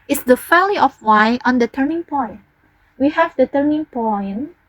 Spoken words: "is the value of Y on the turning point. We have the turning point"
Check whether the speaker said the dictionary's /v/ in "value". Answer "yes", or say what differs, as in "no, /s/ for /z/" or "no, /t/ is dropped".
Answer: no, /f/ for /v/